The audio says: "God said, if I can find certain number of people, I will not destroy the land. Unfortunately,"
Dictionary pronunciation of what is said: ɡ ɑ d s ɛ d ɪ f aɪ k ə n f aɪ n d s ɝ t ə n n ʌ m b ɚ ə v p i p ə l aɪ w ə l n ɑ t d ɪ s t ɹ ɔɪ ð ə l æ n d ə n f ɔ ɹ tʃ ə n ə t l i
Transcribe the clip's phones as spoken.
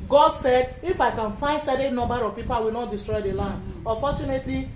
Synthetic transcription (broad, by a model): ɡ ɑ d s ɛ d ɪ f aɪ k ə n f aɪ n d s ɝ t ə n n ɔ m b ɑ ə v p i p ə l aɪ w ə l n ɑ t d ɪ s t ɹ ɔɪ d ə l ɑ n d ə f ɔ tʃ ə n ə t l i